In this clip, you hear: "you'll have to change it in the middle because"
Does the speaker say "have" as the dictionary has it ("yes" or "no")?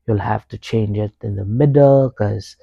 no